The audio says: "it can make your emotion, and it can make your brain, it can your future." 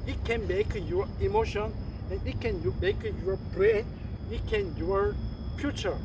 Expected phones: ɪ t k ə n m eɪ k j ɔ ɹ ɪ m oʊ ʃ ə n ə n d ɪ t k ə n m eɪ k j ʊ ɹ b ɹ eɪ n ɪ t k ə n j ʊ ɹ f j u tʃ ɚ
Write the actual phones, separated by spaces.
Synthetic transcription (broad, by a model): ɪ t k ə n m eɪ k j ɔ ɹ ɪ m oʊ ʃ ə n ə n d ɪ t k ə n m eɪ k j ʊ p ɹ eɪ ɪ t k ə n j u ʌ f j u tʃ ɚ